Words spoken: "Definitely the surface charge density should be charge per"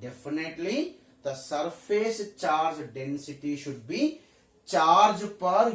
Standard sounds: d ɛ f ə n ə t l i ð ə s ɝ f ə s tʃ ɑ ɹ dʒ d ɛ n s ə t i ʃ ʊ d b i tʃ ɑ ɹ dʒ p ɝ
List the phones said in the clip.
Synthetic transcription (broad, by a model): d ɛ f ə n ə t l i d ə s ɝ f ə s tʃ ɑ ɹ dʒ d ɛ n s ə t i ʃ ʊ d b i tʃ ɑ ɹ dʒ p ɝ